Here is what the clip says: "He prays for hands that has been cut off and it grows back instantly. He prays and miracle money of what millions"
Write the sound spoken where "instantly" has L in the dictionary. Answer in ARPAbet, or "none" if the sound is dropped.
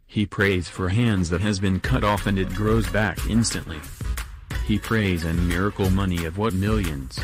L